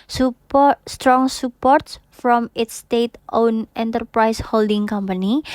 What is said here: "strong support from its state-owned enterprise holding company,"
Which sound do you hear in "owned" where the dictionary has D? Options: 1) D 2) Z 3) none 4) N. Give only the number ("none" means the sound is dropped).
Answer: 3